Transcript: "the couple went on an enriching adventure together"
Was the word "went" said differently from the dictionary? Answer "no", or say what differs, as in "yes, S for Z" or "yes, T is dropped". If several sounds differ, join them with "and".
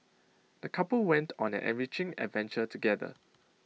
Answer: no